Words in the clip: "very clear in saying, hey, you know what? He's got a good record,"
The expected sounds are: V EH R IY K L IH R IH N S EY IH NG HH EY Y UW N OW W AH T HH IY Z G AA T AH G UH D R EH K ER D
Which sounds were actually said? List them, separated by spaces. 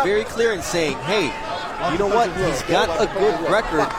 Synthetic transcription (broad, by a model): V EH R IY K L IH R IH N S EY IH NG HH EY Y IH N OW W AH T HH IY Z G AA T AH G UH D R EH K ER D